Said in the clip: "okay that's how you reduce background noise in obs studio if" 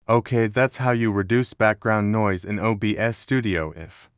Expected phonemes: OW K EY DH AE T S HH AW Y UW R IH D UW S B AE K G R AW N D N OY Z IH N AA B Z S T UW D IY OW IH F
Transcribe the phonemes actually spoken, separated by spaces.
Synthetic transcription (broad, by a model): OW K EY DH AE T S HH AW Y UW R IH D UW S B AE K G R AW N N OY Z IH N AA B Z S T UW D IY OW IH F